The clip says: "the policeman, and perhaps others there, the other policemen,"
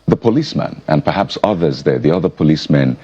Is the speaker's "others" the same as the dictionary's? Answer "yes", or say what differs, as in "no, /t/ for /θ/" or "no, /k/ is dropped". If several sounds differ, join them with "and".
yes